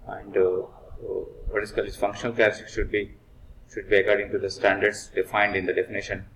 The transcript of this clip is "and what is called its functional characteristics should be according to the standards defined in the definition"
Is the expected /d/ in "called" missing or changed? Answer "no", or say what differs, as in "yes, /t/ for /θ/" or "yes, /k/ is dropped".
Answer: yes, /d/ is dropped